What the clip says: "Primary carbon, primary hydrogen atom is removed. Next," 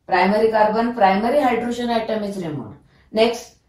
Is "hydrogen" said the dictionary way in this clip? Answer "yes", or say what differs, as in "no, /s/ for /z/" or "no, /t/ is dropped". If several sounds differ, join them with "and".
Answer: no, /ʃ/ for /dʒ/